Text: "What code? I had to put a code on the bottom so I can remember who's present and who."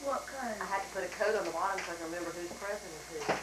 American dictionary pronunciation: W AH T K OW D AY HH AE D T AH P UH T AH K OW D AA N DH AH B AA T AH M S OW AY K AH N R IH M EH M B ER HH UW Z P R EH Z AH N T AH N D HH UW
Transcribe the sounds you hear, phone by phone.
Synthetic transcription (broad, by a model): W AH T K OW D AY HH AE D T AH P UH T AH K OW D N DH AH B AA T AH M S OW AY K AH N R IH M EH M B ER HH UW Z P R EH S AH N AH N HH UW